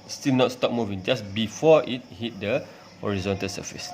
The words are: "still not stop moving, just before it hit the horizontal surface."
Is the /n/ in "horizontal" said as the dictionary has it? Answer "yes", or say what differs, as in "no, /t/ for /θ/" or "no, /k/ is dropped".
yes